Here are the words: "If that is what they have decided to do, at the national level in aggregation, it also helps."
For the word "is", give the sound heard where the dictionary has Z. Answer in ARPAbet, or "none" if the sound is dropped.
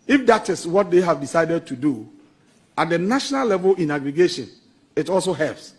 S